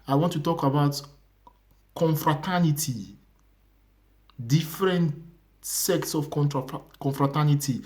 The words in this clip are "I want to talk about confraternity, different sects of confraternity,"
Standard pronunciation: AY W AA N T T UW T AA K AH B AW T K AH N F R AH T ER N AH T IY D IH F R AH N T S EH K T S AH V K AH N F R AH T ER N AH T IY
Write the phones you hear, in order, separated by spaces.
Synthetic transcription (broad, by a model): AY W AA N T T UW T AA K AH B AW T K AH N F R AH T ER N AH T IY D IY F R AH N T S EH K T S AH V K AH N F R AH T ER N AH T IY